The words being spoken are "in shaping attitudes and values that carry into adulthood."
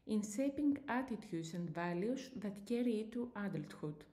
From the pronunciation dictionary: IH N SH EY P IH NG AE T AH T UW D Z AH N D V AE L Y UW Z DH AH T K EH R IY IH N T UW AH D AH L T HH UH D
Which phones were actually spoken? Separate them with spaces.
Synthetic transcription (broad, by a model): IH N S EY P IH NG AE T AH T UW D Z AH N D V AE L Y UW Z DH AH T K EH R IY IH T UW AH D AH L T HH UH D